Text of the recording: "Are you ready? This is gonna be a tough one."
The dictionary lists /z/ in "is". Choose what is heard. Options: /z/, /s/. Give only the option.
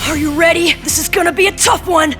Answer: /z/